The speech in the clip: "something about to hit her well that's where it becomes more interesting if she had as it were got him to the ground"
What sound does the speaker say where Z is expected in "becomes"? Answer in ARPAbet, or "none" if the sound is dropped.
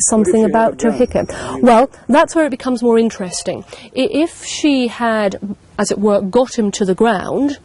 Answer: Z